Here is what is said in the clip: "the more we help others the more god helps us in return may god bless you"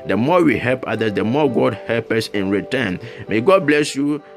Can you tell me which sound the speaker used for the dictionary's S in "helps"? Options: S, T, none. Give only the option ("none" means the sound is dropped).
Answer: none